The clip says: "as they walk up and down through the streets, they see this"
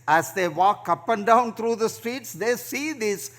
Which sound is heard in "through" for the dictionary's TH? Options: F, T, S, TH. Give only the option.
T